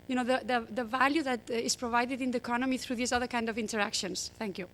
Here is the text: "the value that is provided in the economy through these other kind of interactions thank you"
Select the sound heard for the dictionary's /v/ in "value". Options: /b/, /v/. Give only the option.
/v/